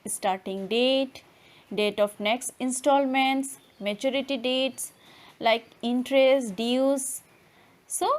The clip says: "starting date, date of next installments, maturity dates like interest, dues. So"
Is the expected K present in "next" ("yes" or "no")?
yes